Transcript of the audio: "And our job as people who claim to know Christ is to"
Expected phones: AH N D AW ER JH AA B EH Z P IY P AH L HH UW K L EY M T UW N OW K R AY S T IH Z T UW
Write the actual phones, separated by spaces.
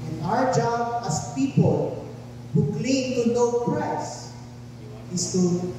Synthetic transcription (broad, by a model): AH N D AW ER JH AA B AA S P IY P AH L HH UW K L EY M T UW N OW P R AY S IH S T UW